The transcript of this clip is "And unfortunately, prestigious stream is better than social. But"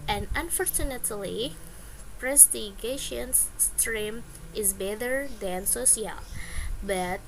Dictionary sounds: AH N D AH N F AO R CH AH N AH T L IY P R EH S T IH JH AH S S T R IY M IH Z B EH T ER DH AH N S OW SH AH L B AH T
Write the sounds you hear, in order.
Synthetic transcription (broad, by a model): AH N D AH N F AO R CH AH N AH T L IY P R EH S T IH SH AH S S T R IY M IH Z B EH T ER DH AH N S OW S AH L B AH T